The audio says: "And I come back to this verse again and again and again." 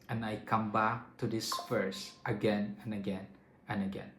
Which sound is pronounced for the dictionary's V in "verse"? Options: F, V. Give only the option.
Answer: F